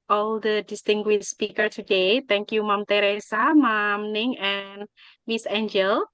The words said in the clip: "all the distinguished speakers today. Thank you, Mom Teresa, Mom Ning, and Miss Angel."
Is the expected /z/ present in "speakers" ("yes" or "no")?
no